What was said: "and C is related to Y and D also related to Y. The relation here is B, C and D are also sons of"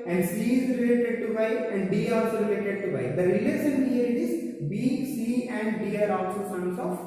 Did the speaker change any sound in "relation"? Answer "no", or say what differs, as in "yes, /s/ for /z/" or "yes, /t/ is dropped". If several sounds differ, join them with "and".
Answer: yes, /s/ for /ʃ/